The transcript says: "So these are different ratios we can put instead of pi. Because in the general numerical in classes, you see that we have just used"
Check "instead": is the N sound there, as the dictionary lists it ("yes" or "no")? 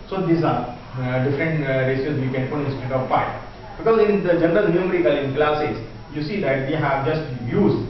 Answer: no